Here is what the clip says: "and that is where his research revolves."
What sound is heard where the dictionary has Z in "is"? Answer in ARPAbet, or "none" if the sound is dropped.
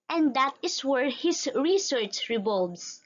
S